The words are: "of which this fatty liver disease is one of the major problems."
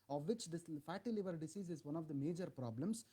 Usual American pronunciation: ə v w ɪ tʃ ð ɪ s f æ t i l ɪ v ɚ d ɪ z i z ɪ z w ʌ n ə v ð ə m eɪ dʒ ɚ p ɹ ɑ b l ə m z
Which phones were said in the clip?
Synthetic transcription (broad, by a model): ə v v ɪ tʃ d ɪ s f æ t i l ɪ v ɚ d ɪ s i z ɪ z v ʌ n ə v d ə m eɪ dʒ ɚ p ɹ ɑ b l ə m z